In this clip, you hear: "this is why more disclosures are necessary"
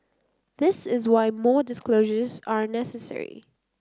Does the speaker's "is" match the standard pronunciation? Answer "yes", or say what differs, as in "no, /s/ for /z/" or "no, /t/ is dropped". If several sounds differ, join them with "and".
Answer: yes